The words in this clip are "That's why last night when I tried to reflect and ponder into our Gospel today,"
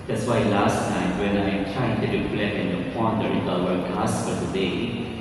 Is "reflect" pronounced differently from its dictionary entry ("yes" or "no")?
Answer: yes